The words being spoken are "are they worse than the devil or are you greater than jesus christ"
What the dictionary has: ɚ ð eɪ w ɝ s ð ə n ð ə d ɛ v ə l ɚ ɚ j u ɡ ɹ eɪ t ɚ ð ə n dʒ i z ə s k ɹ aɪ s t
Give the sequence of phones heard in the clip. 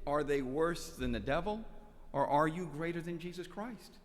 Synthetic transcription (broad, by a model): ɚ ð eɪ w ɝ s ð ə n ð ə d ɛ v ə l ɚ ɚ j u ɡ ɹ eɪ t ɚ ð ə n dʒ i z ə s k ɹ aɪ s t